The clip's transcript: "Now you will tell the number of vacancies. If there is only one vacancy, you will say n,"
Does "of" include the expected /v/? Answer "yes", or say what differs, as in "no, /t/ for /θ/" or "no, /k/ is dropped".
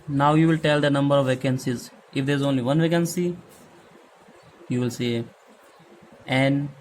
yes